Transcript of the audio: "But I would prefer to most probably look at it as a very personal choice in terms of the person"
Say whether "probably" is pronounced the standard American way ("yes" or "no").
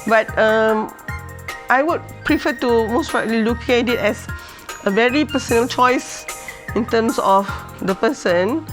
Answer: no